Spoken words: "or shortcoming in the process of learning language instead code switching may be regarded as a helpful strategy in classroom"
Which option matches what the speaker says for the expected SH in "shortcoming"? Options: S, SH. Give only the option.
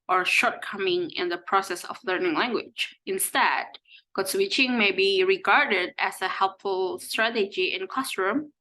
SH